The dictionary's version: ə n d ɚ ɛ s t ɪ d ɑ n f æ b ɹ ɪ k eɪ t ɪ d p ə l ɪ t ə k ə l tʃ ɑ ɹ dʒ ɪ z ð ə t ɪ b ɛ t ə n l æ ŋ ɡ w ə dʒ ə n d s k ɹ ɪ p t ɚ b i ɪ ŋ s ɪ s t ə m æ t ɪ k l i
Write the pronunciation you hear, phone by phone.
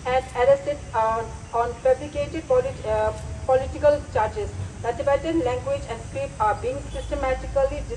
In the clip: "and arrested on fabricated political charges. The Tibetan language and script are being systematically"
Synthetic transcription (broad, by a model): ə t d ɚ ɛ s t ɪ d ɑ n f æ b l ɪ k eɪ t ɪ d p ə l ɪ t ə k ə l tʃ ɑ ɹ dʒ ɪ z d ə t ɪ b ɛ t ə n l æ ŋ ɡ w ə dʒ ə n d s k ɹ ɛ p ɑ b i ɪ ŋ s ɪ s t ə m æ t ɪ k l i